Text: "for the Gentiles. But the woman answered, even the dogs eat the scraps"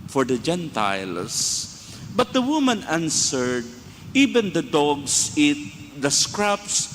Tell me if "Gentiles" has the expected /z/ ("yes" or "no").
no